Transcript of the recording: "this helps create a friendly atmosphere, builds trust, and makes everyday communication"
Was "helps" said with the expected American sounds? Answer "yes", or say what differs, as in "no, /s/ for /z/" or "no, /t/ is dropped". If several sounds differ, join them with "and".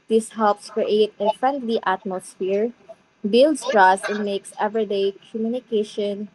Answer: yes